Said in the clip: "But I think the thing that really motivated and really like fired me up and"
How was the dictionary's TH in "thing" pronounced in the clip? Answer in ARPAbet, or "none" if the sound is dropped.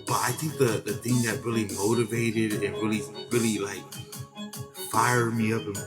TH